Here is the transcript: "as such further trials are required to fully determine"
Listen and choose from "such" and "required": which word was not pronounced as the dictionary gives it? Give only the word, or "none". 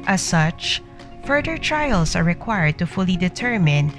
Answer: none